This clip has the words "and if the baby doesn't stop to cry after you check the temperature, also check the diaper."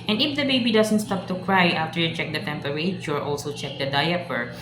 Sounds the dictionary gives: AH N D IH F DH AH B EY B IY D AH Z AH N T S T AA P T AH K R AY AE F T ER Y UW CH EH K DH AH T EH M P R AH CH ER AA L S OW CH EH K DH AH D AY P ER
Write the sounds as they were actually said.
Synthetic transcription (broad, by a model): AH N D IH F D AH B EY B IY D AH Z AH N T S T AA P T AH K R AY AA F T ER Y UW CH EH K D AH T EH M P R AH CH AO AA L S OW CH EH K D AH D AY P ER